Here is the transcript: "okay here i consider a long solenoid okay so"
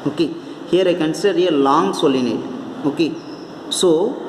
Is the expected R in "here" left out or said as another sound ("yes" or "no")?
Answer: no